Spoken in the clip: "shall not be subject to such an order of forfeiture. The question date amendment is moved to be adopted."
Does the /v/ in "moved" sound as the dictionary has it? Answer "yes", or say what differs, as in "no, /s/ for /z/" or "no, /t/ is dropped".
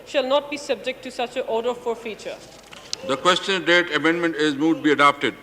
no, /v/ is dropped